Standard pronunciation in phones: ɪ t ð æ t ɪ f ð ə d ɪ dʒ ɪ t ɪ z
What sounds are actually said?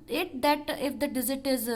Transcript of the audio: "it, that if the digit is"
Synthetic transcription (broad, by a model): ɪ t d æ t ɪ f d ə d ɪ z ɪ t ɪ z